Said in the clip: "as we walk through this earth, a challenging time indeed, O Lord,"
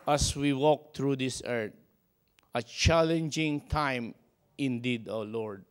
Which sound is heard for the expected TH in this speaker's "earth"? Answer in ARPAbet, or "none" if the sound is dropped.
T